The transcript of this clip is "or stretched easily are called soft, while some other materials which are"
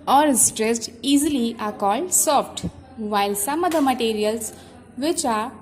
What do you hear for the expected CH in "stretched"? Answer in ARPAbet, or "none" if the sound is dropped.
S